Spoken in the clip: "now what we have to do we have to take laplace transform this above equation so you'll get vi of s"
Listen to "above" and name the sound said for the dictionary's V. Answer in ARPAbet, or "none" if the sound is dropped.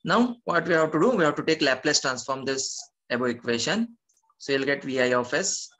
none